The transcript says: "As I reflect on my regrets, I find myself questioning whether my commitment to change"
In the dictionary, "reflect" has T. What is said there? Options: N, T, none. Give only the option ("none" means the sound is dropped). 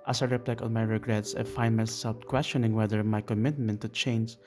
none